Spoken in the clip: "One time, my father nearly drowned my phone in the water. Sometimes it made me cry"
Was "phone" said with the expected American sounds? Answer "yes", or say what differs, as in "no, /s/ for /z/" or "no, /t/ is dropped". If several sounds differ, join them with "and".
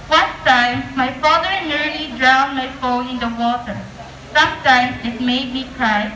no, /n/ is dropped